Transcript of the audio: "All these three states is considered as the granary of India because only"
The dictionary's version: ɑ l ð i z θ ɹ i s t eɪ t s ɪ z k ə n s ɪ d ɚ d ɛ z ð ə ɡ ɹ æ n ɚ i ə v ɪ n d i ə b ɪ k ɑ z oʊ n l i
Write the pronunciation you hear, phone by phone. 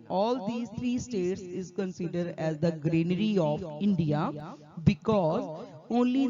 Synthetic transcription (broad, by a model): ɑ l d i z t ɹ i s t eɪ t s ɪ z k ə n s ɪ d ɚ d ɛ z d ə ɡ ɹ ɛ n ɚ i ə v ɪ n d i ə b ɪ k ɑ z oʊ n l i